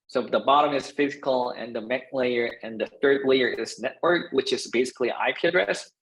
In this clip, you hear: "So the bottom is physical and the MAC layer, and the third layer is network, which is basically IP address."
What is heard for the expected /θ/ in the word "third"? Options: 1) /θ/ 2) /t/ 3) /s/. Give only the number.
1